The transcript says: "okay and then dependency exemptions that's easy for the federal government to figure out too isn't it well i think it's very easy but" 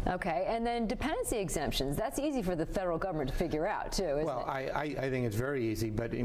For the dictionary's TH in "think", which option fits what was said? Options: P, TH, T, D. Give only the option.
TH